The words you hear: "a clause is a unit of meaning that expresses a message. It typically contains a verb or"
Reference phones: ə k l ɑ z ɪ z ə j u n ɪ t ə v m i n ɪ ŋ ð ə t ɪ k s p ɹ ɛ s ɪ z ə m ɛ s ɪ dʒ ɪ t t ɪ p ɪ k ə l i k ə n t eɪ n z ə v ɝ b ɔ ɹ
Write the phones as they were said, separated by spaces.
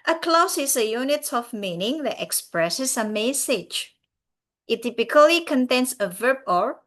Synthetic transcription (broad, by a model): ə k l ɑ s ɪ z ə j u n ɪ t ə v m i n ɪ ŋ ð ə t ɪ k s p ɹ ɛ s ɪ s ə m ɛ s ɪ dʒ ɪ t t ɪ p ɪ k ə l i k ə n t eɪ n s ə v ɝ b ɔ ɹ